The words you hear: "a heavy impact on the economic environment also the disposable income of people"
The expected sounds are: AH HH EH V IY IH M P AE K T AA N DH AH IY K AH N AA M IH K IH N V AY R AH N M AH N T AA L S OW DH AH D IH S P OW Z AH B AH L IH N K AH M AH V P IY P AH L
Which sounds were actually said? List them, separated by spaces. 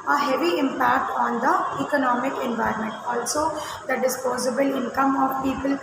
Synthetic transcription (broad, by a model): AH HH EH V IY IH M P AE K T AA N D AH IY K AH N AA M IH K IH N V AY R AH N M AH N T AA L S OW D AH D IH S P OW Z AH B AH L IH N K AH M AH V P IY P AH L